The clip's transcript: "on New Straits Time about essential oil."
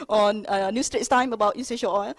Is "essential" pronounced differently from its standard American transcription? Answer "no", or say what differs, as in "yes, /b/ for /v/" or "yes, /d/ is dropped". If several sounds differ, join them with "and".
yes, /n/ is dropped